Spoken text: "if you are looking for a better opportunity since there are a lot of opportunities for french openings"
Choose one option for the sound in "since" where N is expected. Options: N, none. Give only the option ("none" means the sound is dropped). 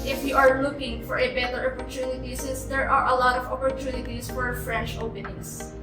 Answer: none